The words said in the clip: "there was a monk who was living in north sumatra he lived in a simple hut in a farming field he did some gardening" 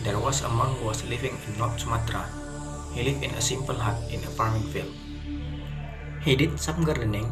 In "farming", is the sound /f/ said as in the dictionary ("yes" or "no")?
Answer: no